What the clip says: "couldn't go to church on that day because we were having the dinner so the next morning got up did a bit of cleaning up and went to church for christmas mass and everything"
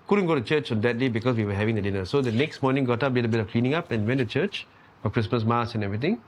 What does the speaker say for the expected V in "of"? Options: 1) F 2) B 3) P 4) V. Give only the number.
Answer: 1